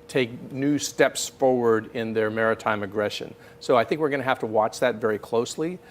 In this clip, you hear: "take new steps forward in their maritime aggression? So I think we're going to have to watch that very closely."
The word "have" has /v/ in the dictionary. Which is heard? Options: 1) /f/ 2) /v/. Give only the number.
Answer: 1